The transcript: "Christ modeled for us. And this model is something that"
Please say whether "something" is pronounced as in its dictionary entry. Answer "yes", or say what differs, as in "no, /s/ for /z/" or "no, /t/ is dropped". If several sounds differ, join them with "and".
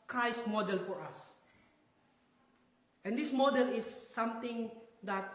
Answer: no, /t/ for /θ/